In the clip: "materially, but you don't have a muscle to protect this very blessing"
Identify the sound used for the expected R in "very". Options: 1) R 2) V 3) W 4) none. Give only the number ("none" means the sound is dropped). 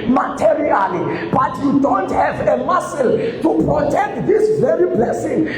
1